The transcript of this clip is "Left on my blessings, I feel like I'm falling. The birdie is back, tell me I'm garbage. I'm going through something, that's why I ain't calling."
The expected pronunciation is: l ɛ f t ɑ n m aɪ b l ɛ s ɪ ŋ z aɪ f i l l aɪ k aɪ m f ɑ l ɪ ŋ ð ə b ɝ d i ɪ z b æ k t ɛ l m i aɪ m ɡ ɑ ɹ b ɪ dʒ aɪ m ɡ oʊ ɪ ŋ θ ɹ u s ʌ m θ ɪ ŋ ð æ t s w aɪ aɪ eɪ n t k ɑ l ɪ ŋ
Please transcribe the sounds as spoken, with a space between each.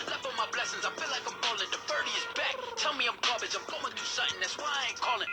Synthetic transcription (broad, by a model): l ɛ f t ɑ m aɪ b l ɛ s ɪ ŋ z aɪ f i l l aɪ k aɪ m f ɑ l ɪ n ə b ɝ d i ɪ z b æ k t ɛ l m i aɪ m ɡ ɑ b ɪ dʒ aɪ m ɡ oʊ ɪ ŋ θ u s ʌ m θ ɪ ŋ ð æ t s w aɪ aɪ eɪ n k ɑ l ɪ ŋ